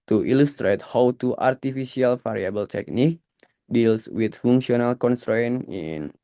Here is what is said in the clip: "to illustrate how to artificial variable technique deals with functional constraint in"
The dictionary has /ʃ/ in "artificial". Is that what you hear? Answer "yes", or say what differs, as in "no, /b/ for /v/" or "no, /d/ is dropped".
no, /s/ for /ʃ/